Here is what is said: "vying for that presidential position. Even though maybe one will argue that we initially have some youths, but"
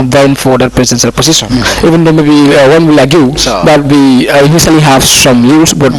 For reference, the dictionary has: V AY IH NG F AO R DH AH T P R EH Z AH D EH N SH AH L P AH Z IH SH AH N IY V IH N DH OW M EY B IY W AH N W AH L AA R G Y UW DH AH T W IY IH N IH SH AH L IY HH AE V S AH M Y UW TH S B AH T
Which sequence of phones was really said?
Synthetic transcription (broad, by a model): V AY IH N F AO R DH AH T P R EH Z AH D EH N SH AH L P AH S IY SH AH N IY V IH N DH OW M EY B IY W AH N W AH L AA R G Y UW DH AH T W IY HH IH S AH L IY HH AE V S AH M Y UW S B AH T